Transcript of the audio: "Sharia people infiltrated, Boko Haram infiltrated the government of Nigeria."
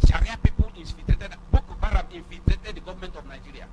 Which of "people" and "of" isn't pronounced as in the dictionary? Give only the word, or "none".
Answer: of